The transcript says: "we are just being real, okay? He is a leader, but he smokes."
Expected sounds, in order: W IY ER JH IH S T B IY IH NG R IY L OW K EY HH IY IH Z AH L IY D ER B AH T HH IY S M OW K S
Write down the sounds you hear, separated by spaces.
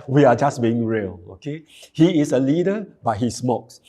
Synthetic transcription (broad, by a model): W IY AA JH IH S B IY IH NG R IY L OW K EY HH IY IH S AH L IY D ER B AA T HH IY S M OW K S